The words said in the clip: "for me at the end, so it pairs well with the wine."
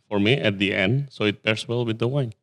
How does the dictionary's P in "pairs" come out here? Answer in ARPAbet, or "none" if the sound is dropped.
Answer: B